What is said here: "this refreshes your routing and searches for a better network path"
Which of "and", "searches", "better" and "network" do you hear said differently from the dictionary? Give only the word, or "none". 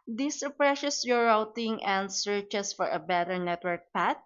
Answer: searches